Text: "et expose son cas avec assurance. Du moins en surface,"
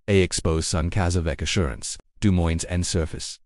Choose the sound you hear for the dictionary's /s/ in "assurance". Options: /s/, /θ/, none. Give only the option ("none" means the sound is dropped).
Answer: /s/